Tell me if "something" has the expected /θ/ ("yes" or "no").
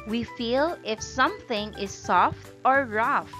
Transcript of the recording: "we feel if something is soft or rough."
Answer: yes